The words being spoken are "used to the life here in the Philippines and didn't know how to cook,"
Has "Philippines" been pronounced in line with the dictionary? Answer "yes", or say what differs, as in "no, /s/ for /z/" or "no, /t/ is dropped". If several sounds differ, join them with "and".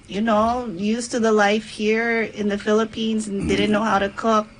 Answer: yes